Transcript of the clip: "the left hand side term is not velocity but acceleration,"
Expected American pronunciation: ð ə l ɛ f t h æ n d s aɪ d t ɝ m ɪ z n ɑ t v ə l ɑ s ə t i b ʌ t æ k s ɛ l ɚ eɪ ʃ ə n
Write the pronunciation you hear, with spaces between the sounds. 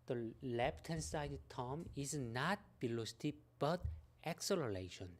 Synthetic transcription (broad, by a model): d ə l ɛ p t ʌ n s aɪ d t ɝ m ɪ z n ɑ t b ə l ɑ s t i b ʌ t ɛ k s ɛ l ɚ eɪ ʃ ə n